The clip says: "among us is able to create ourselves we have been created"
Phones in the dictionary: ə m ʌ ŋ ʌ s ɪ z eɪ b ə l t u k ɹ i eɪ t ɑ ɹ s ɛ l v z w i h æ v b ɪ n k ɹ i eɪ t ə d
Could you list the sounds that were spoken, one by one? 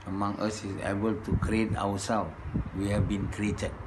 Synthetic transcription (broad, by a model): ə m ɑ ŋ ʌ s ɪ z eɪ b ə l t u k ɹ i eɪ t ɑ w s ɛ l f w i h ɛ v b ɪ n k ɹ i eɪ t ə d